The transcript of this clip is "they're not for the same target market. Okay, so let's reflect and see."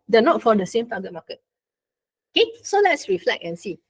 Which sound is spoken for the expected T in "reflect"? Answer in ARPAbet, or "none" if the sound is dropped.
none